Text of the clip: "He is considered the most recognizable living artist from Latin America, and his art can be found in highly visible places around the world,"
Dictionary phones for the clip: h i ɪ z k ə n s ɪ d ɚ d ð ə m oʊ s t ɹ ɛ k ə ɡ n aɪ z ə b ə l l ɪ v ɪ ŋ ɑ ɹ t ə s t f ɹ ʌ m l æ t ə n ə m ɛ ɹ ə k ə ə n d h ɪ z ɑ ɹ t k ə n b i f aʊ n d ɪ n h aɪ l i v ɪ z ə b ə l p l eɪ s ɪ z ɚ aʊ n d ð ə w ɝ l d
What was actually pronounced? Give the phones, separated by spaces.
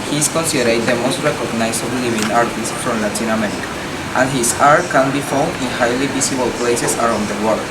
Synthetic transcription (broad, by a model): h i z k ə n s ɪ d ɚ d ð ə m oʊ s t ɹ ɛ k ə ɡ n aɪ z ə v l l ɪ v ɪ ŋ ɑ ɹ t ə s t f ɹ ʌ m l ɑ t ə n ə m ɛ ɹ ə k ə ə n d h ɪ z ɑ ɹ t k ə n b i f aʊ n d ɪ n h aɪ l i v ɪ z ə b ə l p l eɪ s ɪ s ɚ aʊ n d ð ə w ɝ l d